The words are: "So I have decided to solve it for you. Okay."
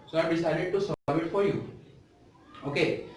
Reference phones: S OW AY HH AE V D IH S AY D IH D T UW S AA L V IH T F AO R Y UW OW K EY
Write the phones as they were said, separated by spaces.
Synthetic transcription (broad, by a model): S OW AY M D IH S AY D IH D T UW S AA V IH T F AO R Y UW OW K EY